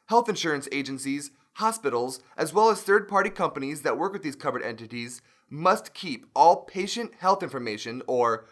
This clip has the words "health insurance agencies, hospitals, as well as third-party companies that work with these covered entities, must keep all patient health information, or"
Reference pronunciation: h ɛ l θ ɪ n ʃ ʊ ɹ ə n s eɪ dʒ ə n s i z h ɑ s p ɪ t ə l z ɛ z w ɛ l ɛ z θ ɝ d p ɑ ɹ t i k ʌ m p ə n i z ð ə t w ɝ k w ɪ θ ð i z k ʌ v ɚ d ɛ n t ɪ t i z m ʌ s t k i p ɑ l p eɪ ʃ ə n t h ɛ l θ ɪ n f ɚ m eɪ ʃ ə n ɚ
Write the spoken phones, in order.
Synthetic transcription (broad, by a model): h ɛ l θ ɪ n ʃ ʊ ɹ ə n s eɪ dʒ ə n s i z h ɑ s p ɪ t l z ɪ z w ɛ l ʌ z θ ɝ d p ɑ ɹ t i k ʌ m p ə n i z ð ə t w ɝ k w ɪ ð i z k ʌ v ɚ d ɛ n t ɪ t i z m ʌ s t k i p ɑ l p eɪ ʃ ə n t h ɛ l θ ɪ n f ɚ m eɪ ʃ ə n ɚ